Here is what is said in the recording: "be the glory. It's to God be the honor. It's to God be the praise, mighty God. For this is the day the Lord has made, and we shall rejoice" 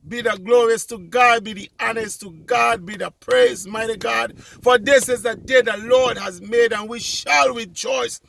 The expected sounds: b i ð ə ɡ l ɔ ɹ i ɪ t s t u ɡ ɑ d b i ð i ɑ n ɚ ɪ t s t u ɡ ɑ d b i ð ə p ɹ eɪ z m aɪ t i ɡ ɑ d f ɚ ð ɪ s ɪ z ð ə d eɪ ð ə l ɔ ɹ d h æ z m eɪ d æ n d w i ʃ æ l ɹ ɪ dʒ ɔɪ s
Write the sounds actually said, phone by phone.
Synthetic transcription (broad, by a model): b i ð ə ɡ l ɔ ɹ i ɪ s t u ɡ ɑ d b i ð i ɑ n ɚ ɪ s t u ɡ ɑ d b i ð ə p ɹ eɪ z m aɪ t i ɡ ɑ d f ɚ ð ɪ s ɪ z ð ə d eɪ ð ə l ɔ ɹ d h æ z m eɪ d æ n w i ʃ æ l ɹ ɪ dʒ ɔɪ s